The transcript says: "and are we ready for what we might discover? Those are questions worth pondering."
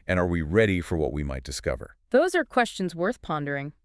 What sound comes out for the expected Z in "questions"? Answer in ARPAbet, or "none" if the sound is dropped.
Z